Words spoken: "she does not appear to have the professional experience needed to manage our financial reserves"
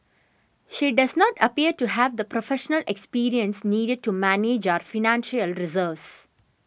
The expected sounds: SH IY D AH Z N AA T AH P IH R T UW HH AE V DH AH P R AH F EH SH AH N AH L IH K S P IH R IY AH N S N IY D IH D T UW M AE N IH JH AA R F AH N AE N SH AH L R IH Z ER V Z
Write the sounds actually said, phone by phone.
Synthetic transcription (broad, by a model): SH IY D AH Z N AA T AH P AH R T UW HH AE V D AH P R AH F EH SH AH N AH L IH K S P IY R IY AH N S N IY D IH D T UW M AE N IH JH AA R F AH N AE N SH AH L R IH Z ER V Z